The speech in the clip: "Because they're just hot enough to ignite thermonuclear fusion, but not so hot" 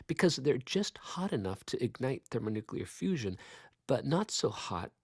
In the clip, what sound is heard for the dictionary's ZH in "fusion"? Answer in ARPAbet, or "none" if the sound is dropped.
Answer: ZH